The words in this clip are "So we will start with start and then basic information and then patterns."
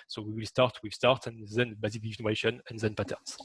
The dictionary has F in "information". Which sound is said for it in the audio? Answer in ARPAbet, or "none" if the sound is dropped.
none